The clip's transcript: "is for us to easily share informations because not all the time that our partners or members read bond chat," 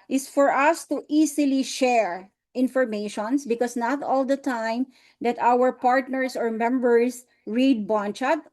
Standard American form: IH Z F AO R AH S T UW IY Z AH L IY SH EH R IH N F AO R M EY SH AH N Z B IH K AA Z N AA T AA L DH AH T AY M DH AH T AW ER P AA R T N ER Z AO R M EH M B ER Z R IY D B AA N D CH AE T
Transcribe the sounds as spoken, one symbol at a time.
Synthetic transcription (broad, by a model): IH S F AO R AH S T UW IY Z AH L IY SH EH R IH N F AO R M EY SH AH N S B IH K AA S N AA T AA L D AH T AY M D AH T AW ER P AA R T N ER S AO R M EH M B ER S R IY D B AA N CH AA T